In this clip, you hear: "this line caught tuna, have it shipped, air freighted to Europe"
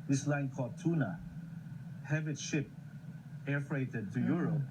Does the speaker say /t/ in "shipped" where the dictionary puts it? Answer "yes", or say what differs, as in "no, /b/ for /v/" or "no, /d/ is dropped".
no, /t/ is dropped